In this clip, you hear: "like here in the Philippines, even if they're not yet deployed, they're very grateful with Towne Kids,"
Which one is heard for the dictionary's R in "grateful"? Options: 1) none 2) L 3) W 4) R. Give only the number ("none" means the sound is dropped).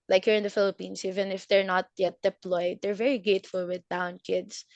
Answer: 1